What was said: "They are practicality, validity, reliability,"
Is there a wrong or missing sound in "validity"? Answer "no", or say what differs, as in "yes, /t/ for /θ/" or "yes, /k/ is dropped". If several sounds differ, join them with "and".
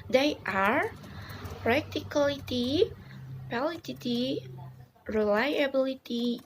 yes, /p/ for /v/